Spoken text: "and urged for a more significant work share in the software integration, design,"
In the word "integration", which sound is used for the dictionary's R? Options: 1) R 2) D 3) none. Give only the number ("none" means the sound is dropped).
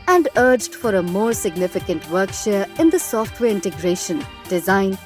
1